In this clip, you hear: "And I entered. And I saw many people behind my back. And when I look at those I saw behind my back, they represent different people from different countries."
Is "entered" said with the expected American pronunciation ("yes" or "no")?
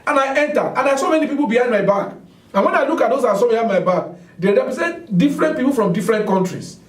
no